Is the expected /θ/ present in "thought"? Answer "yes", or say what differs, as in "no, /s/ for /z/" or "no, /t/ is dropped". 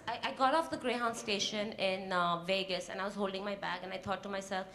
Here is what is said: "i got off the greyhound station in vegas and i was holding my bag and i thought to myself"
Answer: no, /t/ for /θ/